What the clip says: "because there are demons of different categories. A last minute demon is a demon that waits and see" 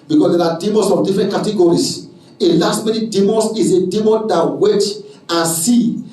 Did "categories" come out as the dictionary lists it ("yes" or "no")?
no